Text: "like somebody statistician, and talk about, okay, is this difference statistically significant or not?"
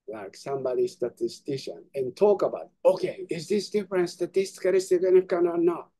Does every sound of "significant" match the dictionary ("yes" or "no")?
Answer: no